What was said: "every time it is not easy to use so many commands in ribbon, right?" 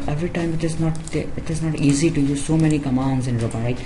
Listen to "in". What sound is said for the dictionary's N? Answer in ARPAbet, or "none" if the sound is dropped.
N